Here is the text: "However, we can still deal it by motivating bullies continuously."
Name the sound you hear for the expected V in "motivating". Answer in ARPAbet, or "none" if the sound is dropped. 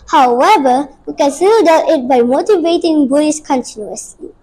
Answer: V